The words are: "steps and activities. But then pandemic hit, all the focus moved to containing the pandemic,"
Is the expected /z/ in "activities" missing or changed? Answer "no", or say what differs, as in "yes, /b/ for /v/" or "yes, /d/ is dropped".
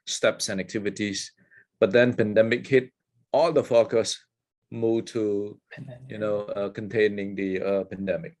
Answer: yes, /s/ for /z/